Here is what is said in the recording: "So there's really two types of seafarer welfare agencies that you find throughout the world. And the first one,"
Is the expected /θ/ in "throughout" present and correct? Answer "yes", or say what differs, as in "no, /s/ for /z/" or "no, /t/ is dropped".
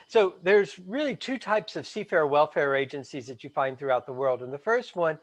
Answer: yes